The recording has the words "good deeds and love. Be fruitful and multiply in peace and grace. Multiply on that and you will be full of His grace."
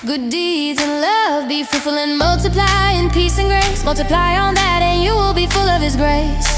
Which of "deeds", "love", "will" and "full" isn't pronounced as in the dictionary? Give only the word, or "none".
none